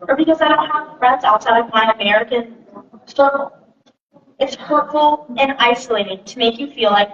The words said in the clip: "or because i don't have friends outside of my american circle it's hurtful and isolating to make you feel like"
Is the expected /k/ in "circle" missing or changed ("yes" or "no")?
yes